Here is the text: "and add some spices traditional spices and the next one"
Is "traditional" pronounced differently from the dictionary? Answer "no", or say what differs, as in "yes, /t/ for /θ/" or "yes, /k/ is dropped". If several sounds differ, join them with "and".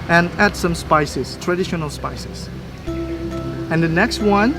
no